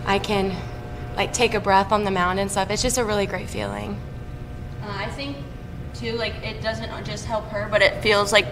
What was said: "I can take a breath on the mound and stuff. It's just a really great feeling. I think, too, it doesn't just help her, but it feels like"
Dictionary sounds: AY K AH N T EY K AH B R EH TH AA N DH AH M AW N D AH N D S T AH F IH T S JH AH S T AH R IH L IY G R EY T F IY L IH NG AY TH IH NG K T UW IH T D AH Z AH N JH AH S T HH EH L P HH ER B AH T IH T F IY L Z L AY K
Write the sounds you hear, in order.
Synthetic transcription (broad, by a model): AY K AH N T EY K AH B R EH TH N DH AH M AW N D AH N S T AH F IH T S JH AH S T AH R IH L IY G R EY T F IY L IH NG AY TH IH NG K T UW IH T D AH Z AH N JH AH S T HH EH L P HH ER B AH T IH T F IY L Z L AY K